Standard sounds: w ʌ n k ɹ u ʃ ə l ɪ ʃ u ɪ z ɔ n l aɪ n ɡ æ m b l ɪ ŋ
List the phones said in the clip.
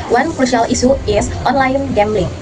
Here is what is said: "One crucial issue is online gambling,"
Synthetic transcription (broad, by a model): w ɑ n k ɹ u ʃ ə l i s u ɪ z ɔ n l aɪ n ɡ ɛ m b l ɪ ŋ